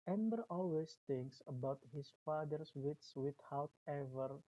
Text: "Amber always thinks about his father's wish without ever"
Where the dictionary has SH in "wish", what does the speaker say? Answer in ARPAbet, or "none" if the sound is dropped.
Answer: S